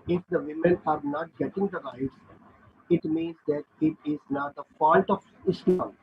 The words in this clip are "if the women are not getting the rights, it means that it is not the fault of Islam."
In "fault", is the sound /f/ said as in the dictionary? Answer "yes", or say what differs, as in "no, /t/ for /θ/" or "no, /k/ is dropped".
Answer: no, /p/ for /f/